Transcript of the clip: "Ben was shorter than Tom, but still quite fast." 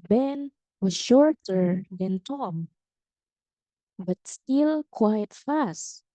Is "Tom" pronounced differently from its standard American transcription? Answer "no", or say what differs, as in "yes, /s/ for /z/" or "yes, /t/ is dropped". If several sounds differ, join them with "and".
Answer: no